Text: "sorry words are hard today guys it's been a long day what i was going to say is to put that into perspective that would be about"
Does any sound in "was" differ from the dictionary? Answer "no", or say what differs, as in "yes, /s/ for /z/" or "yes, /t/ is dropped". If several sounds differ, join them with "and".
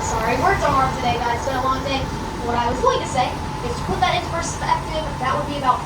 no